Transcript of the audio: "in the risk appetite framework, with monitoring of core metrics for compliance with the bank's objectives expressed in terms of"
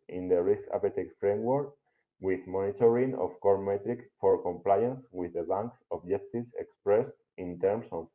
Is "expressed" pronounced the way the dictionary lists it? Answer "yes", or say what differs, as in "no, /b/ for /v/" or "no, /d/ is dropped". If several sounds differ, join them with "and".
yes